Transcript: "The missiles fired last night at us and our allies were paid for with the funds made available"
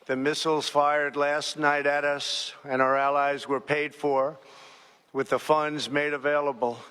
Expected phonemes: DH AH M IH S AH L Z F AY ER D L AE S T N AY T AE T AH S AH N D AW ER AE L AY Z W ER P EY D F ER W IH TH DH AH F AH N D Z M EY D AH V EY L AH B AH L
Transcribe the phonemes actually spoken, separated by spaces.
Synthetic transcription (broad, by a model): DH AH M IH S L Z F AY ER D L AE S T N AY T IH T AH S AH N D AW ER AE L AY Z W ER P EY D F ER W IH DH AH F AH N D Z M EY D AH V EY L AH B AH L